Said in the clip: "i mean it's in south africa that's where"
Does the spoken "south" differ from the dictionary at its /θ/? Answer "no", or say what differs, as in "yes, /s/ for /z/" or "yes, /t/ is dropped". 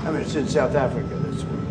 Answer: no